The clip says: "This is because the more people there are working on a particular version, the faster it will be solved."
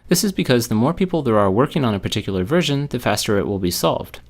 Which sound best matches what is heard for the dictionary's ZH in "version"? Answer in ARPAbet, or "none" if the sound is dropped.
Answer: ZH